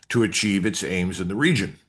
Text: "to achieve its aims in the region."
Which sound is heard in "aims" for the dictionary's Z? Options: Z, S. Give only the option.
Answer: Z